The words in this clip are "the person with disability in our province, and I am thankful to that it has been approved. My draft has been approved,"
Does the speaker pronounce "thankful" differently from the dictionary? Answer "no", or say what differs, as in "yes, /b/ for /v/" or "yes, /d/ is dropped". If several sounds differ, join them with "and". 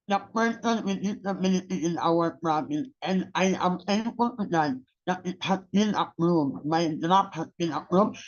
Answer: yes, /k/ is dropped